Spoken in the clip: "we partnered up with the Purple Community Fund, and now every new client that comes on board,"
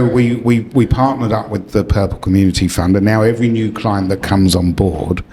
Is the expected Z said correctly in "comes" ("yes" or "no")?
yes